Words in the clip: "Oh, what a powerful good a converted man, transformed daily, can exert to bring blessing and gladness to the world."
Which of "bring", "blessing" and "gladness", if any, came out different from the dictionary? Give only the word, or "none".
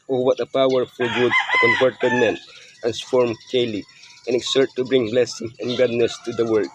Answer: gladness